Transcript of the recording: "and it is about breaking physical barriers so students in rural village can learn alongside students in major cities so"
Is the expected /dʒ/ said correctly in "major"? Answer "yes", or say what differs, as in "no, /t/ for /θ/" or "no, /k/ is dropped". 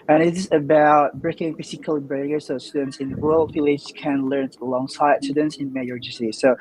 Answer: no, /dʒ/ is dropped